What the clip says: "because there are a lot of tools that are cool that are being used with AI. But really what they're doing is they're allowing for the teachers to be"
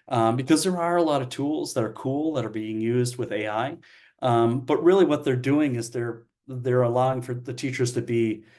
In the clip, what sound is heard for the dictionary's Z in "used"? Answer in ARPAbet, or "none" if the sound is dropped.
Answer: Z